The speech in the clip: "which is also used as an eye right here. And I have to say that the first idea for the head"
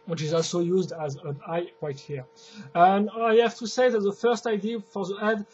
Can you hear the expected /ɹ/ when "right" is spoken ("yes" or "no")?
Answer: no